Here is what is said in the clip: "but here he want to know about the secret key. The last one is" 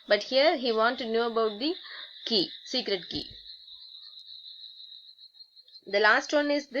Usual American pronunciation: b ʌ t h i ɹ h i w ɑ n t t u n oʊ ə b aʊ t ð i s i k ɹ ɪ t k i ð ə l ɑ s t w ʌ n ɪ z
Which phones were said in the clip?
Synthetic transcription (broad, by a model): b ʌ t h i ɹ h i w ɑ n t t u n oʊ ə b aʊ t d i s i k ɹ ɪ t k i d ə l ɑ s t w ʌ n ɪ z